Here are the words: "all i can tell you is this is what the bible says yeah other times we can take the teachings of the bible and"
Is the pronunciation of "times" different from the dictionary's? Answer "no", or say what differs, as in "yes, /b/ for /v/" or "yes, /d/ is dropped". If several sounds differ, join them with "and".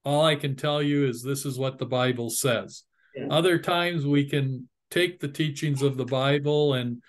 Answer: no